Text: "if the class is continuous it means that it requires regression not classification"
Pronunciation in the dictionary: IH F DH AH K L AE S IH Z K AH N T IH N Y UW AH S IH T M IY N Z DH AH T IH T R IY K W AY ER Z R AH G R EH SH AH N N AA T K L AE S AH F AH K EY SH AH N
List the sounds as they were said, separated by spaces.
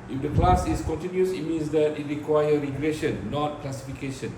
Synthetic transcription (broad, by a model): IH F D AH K L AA S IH S K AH N T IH N Y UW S IH T M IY N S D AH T IH T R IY K W AY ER R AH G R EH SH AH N N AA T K L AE S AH F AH K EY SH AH N